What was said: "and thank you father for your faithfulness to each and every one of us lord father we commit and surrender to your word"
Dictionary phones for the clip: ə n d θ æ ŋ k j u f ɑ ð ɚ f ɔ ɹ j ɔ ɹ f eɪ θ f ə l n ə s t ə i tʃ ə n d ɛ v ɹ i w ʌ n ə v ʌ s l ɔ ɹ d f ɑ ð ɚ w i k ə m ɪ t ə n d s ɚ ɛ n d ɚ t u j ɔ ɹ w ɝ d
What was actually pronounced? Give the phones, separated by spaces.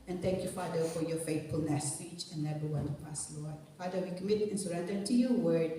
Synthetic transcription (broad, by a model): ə n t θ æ ŋ k j u f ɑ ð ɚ f ɔ ɹ j ɔ ɹ f eɪ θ f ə l n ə s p i tʃ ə n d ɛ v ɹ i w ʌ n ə p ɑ s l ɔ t f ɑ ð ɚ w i k ə m ɪ t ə n s ɚ ɛ n d ɚ t u j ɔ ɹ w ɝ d